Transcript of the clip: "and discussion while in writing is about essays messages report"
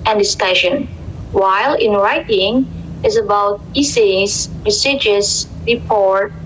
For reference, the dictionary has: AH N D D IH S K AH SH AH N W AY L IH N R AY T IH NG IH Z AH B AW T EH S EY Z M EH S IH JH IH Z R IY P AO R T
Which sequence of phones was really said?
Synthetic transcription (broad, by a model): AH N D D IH S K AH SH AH N W AY L IH N R AY T IH NG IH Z AH B AW T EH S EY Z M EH S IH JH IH S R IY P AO R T